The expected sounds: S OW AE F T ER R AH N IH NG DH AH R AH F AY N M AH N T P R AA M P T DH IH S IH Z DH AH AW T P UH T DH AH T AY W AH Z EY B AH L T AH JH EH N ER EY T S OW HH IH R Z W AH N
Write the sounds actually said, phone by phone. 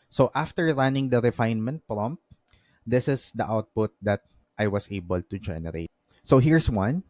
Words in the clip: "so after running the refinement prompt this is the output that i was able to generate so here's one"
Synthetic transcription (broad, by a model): S OW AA F T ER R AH N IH NG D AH R AH F AY N M AH N T P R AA M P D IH S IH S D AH AW T P UH T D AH T AY W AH S EY B AH L T AH JH EH N ER EY T S OW HH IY R S W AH N